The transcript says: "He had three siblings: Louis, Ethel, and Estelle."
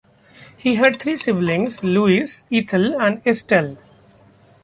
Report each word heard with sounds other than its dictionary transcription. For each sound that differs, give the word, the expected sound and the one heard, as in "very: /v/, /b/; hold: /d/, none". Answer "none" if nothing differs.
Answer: three: /θ/, /t/; ethel: /θ/, /t/